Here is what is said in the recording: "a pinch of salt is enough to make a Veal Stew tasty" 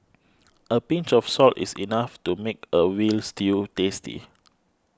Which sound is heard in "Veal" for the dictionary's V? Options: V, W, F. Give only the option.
W